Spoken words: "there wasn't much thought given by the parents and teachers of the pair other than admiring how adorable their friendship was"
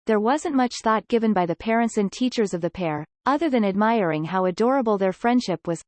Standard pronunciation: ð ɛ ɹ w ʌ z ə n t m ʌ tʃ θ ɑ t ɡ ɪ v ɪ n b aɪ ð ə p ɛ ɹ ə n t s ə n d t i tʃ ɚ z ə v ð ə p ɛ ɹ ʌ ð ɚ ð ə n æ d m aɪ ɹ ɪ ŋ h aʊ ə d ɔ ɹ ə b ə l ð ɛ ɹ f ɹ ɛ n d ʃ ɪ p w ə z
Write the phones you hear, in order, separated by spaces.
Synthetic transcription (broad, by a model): ð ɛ ɹ w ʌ z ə n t m ʌ tʃ θ ɑ t ɡ ɪ v ɪ n b aɪ ð ə p ɛ ɹ ə n t s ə n t i tʃ ɚ z ə v ð ə p ɛ ɹ ʌ ð ɚ ð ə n æ d m aɪ ɹ ɪ ŋ h aʊ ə d ɔ ɹ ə b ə l ð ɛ ɹ f ɹ ɛ n d ʃ ɪ p w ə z